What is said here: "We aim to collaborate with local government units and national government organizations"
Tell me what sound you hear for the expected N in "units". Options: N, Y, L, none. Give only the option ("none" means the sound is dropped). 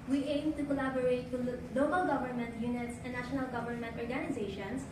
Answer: N